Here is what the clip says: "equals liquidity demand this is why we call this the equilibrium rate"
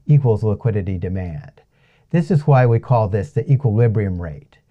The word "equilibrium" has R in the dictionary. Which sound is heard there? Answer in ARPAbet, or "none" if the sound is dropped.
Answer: R